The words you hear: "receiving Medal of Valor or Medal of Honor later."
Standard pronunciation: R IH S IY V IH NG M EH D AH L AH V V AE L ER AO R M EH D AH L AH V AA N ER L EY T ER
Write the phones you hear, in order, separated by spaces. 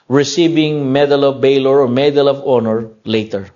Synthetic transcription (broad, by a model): R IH S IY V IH NG M EH D AH L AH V B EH L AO R M EH D AH L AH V AA N ER L EY T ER